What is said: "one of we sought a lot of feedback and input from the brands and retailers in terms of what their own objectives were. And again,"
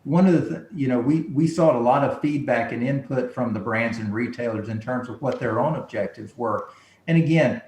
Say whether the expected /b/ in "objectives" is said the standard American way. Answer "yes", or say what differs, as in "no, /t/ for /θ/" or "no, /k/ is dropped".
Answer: yes